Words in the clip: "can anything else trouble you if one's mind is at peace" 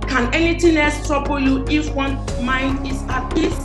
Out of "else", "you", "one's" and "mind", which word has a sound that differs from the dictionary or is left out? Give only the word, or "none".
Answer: one's